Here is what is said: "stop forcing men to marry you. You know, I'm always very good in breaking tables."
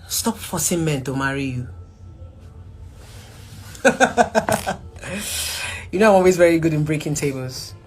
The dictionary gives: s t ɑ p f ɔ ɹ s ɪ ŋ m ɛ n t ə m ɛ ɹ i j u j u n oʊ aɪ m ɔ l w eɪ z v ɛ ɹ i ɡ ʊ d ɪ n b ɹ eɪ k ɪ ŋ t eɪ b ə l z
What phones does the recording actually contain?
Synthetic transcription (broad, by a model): s t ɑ p f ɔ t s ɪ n m ɛ n t ə m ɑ ɹ i j u j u n oʊ aɪ m ɔ l w eɪ z v ɛ ɹ i ɡ ʊ d ɪ n b ɹ eɪ k ɪ ŋ t eɪ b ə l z